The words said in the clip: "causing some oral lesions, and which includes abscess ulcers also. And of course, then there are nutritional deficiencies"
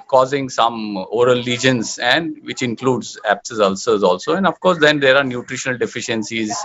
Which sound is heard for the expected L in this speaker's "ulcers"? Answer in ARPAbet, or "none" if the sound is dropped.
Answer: L